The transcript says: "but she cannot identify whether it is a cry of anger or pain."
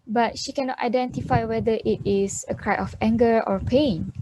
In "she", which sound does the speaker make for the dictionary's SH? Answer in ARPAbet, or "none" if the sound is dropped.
SH